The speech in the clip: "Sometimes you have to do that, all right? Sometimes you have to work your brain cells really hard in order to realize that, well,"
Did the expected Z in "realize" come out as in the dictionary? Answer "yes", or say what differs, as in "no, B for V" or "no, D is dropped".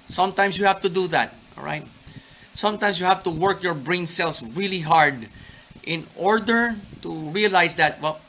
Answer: no, S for Z